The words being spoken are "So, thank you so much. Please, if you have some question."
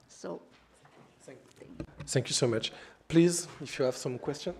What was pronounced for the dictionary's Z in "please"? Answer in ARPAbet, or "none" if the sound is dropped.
Z